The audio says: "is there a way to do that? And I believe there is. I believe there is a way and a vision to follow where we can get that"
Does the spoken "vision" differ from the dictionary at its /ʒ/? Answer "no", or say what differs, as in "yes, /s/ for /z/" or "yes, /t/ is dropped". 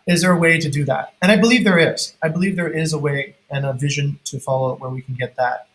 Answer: no